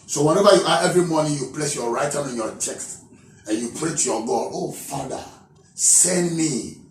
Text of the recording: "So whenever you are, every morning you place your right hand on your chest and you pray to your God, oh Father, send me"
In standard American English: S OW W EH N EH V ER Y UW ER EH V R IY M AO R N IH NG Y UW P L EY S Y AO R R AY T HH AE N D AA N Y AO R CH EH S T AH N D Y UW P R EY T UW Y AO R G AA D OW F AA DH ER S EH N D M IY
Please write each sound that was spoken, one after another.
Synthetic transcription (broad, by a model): S OW W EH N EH V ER Y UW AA EH V R IY M AO N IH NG Y UW P L EY S Y AO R R AY T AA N AA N Y AO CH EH S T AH N Y UW P R EY T UW Y AO G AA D OW F AA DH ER S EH N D M IY